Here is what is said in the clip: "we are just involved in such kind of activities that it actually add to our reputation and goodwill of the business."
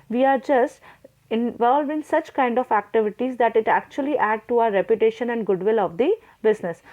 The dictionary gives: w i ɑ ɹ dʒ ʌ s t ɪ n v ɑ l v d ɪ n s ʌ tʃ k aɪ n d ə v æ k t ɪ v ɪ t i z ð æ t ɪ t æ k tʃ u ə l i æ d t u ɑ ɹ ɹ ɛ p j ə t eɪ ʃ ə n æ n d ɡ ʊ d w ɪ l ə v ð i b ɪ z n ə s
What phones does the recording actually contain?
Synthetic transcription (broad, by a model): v i ɑ ɹ dʒ ʌ s t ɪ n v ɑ l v ɪ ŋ s ʌ tʃ k aɪ n d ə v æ k t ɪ v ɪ t i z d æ t ɪ t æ k tʃ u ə l i æ d t u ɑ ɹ ɹ ɛ p j ə t eɪ ʃ ə n æ n d ɡ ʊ d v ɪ l ə v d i b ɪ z n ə s